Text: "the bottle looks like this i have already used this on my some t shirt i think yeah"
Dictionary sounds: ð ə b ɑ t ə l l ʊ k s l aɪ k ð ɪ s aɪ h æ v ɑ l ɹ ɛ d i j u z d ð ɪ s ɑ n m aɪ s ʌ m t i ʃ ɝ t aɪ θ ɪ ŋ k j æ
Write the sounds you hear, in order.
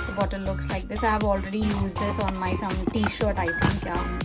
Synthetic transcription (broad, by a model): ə b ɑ t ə n l ʊ k s l aɪ k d ɪ s aɪ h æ v ɑ l ɹ ɛ d i j u z d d ɪ s ɑ n m aɪ s ʌ m t i ʃ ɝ t aɪ t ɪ ŋ k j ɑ